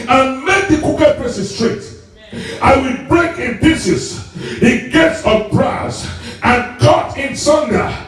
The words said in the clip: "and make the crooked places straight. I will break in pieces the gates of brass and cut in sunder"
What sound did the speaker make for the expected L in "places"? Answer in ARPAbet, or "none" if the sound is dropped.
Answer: none